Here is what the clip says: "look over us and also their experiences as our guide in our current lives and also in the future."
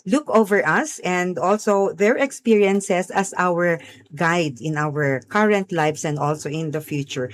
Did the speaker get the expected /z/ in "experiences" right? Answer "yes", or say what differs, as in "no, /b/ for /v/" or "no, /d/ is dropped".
no, /s/ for /z/